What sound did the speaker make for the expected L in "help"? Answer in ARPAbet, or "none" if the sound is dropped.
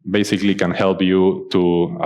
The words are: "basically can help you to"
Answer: L